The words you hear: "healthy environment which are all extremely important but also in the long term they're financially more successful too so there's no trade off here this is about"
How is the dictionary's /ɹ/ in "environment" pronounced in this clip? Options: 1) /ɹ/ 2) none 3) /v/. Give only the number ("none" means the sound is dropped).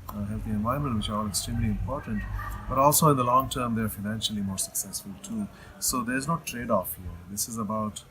2